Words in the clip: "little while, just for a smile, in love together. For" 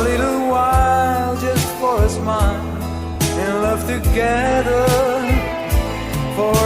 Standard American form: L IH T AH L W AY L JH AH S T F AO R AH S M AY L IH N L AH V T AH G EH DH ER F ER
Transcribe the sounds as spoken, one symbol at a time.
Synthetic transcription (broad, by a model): L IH T L W AY L JH AH S T F AO R AH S M AY N IH N L AH V T AH G EH DH ER F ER